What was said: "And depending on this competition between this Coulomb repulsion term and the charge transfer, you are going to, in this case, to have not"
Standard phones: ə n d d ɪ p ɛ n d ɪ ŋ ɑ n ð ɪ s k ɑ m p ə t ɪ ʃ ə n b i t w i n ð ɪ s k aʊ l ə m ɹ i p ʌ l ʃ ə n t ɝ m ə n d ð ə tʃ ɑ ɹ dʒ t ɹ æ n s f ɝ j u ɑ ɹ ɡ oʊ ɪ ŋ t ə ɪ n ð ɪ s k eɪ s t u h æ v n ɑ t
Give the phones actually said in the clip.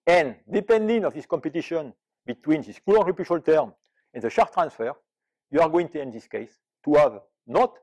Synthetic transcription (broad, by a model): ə n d d ɪ p ɛ n d ɪ ŋ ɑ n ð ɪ s k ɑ m p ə t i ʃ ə n b i t w i n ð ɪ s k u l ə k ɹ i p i ʃ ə l t ɝ m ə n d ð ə ʃ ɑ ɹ t ɹ æ n s f ɝ j u ɑ ɹ ɡ oʊ ɪ ŋ t ə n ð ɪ s k eɪ s t u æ v n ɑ t